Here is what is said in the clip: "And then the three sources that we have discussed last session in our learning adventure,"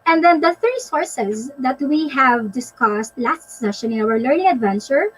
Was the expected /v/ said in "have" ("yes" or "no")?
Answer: yes